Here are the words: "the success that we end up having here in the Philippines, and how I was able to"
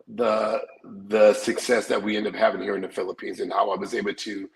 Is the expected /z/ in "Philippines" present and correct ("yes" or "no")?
yes